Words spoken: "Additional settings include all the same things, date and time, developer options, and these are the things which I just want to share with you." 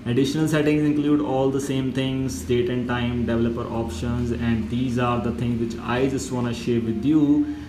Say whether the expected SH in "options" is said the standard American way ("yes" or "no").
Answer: yes